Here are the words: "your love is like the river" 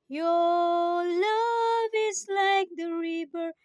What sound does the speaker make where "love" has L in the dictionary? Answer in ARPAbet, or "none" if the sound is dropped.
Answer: L